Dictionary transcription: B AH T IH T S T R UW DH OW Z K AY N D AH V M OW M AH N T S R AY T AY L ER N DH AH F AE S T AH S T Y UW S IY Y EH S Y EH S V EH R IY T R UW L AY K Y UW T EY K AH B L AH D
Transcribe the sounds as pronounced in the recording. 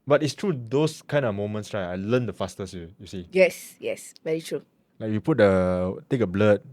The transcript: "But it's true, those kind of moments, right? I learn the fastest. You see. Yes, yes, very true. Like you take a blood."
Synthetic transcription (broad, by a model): B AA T IH T S T R UW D OW S K AY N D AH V M OW M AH N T S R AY AY L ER N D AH F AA S T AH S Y Y UW S IY Y EH S Y EH S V EH R IY T R UW L AY K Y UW T EY K AH B L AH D